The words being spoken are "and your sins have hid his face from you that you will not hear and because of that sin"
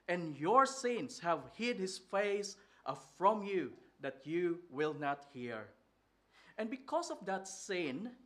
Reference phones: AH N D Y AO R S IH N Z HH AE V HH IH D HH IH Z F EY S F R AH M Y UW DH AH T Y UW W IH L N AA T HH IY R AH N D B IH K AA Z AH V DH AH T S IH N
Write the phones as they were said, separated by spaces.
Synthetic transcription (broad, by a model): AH N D Y AO R S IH N S HH AE V HH IH D HH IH S F EY S F R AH M Y UW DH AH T Y UW W IH L N AA T HH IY R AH N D B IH K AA S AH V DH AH T S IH N